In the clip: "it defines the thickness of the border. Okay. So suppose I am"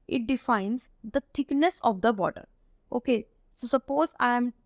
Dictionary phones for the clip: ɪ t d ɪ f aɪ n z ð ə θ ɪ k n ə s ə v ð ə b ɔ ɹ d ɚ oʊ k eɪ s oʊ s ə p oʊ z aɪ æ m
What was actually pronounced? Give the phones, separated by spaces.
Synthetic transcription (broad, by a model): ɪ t d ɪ f aɪ n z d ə t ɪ k n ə s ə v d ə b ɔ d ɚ oʊ k eɪ s oʊ s ə p oʊ z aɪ m